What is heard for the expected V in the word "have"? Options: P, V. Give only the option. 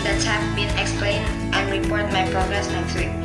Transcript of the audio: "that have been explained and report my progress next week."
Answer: P